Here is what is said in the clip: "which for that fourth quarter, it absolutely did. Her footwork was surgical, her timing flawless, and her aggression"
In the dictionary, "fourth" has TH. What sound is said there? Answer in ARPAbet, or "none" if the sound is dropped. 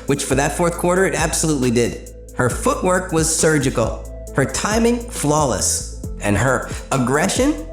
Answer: TH